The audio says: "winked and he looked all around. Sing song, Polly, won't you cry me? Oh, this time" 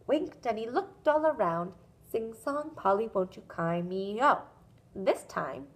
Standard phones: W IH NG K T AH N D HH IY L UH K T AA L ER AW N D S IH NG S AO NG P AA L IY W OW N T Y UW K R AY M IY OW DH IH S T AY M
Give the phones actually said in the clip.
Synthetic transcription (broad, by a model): W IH NG K T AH N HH IY L UH K T AA L ER AW N D S IH NG S AO NG P AA L IY W OW N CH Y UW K AY M IY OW DH IH S T AY M